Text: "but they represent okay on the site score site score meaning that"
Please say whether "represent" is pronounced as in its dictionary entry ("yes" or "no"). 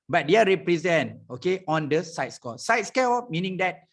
yes